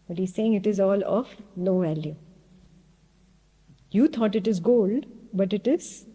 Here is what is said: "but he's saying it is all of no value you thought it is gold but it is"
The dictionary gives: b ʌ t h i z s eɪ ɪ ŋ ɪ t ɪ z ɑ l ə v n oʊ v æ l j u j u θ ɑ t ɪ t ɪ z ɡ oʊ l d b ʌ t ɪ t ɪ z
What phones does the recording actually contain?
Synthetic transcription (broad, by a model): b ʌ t h i z s eɪ ɪ ŋ ɪ t ɪ z ɑ l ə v n oʊ v æ l j u j u t ɑ t ɪ t ɪ z ɡ oʊ l d b ʌ t ɪ t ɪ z